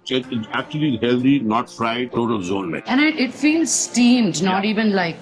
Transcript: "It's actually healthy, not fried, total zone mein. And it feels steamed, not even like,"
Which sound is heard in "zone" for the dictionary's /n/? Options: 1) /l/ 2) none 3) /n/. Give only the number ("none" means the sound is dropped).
3